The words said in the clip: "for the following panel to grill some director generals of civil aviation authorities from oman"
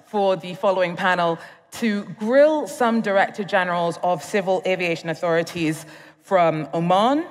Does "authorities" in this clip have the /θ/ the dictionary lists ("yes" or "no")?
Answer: yes